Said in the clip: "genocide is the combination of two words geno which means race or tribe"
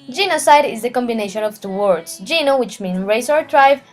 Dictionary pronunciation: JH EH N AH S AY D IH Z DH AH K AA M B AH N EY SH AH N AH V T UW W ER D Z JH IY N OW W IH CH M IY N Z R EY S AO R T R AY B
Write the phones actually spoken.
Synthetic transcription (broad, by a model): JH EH N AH S AY D IH Z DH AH K AA M B AH N EY SH AH N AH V T UW W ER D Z JH IY N OW W IH CH M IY N R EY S AO R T R AY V